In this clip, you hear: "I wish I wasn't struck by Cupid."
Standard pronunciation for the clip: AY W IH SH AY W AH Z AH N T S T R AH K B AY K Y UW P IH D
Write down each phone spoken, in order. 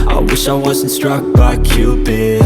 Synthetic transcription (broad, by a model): AY W IH SH AY W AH Z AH N T S T R AH K B AY K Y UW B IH